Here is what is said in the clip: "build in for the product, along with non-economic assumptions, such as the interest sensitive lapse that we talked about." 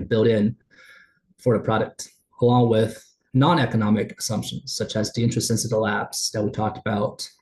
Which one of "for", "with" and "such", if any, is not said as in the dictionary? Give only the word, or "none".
none